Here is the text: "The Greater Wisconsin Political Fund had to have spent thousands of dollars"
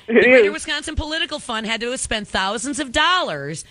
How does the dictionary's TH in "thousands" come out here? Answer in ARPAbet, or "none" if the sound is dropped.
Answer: TH